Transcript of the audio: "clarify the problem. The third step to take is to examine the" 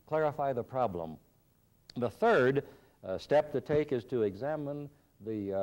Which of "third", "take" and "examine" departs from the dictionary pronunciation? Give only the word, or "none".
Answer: none